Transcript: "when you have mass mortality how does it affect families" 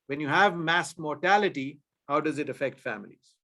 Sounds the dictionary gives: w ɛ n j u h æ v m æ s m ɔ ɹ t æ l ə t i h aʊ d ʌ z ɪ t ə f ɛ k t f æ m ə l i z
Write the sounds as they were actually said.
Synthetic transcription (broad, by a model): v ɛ n j u h æ v m æ s m ɔ ɹ t æ l ə t i h aʊ d ʌ z ɪ t ə f ɛ k t f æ m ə l i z